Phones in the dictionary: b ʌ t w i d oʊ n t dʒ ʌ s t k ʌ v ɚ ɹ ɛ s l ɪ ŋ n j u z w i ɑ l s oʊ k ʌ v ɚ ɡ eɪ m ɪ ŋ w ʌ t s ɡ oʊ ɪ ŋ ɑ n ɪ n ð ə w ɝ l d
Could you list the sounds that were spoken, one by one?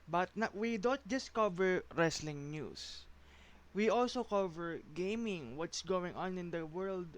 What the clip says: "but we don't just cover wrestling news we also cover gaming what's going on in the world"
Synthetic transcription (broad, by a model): b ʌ t w i d oʊ n t dʒ ʌ s t k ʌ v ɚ ɹ ɛ s l ɪ ŋ n j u s w i ɑ l s oʊ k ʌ v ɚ ɡ eɪ m ɪ ŋ w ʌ t s ɡ oʊ ɪ ŋ ɑ n ɪ n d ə w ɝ l d